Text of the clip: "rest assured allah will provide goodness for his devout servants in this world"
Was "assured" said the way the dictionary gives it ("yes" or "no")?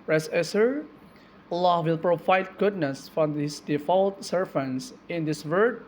no